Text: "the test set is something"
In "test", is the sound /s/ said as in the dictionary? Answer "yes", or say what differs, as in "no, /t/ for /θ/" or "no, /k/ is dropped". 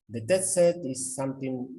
no, /s/ is dropped